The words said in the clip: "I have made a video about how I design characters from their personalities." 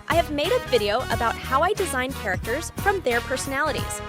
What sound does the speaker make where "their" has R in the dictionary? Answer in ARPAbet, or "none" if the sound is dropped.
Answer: R